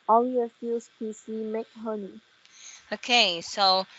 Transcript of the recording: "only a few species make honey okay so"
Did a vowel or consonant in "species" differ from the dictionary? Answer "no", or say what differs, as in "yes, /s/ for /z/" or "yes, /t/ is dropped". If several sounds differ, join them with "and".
yes, /s/ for /ʃ/ and /z/ is dropped